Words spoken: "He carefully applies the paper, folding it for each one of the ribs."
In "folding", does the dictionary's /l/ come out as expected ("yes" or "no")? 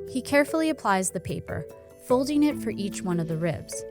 yes